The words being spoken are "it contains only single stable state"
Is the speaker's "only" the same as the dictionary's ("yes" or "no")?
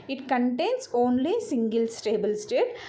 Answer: yes